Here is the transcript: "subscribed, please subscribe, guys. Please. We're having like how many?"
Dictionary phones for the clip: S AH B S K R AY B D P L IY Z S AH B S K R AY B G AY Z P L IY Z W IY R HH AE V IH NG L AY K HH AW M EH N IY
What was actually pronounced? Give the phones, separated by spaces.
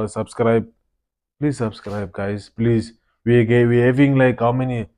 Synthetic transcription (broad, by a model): S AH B S K R AY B P L IY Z S AH B S K R AY B G AY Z P L IY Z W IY W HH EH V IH NG L AY K HH AW M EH N IY